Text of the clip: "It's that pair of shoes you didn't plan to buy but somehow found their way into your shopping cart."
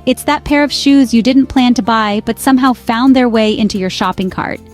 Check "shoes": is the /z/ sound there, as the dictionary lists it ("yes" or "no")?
yes